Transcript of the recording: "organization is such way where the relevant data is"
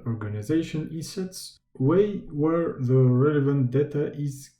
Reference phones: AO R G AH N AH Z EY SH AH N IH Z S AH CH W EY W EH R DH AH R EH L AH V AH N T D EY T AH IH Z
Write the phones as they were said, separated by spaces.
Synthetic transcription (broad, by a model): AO R G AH N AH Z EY SH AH N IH S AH S W EY W EH R DH AH R EH L AH V AH N T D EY T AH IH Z